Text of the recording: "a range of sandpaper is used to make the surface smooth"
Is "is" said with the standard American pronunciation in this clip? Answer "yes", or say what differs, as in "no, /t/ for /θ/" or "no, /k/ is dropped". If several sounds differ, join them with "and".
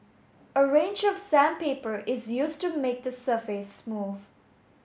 yes